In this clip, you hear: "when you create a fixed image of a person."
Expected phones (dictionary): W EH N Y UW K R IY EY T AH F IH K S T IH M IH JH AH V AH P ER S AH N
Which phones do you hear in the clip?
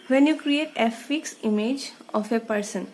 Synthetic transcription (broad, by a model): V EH N Y UW K R IY EY T AH F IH K S IH M IH JH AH F AH P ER S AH N